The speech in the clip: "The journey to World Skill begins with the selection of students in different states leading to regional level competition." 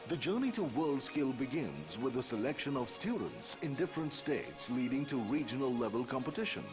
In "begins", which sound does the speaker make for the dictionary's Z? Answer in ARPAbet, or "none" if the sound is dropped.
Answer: Z